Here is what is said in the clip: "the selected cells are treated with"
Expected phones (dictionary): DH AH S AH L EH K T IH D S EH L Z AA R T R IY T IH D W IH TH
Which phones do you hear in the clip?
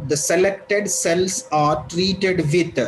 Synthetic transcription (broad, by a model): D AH S AH L EH K T IH D S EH L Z AA R T R IY T IH D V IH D